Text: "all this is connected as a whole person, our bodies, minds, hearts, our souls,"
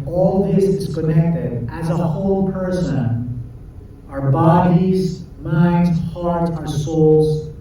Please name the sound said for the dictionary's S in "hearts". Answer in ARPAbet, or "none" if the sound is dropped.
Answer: none